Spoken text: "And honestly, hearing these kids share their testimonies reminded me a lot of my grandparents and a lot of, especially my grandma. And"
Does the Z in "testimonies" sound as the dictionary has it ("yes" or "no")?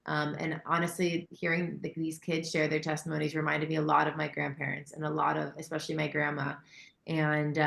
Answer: yes